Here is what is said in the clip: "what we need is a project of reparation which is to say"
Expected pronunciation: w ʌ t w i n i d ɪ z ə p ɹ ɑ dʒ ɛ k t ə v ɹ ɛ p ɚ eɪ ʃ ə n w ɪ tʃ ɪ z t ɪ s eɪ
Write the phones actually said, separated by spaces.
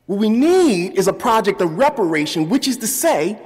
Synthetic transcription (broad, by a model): w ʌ t w i n i d ɪ z ə p ɹ ɑ dʒ ɛ k t ə v ɹ ɛ p ɚ eɪ ʃ ə n w ɪ tʃ ɪ z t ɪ s eɪ